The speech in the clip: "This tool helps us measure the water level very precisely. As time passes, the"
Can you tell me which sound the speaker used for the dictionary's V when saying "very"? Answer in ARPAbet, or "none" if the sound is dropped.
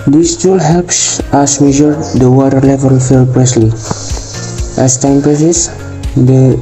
F